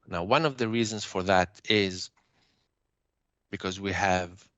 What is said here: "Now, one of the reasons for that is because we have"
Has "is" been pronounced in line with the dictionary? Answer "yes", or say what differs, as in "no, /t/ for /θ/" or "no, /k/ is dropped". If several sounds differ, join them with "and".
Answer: yes